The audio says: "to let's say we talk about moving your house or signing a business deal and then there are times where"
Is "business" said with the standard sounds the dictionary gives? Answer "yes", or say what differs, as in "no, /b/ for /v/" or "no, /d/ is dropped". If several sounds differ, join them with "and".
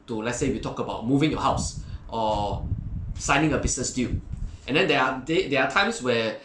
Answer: no, /s/ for /z/